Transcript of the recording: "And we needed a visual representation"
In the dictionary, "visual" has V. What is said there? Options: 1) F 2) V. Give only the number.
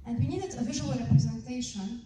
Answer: 2